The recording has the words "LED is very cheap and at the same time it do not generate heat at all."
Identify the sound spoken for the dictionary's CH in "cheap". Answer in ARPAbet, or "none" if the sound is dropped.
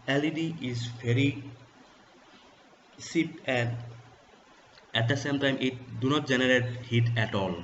S